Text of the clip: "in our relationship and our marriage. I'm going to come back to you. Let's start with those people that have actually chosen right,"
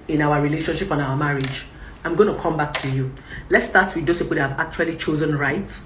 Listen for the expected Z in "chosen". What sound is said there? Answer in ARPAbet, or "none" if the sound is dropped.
Z